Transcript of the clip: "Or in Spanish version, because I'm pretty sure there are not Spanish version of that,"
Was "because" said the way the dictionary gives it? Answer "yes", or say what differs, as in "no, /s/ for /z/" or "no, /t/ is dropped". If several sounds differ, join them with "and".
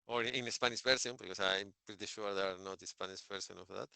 no, /s/ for /z/